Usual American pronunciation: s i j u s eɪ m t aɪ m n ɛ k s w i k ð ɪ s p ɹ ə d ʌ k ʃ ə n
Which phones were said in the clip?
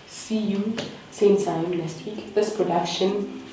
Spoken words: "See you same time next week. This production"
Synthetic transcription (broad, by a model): s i j u s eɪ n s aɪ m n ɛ s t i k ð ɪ s p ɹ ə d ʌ k ʃ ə n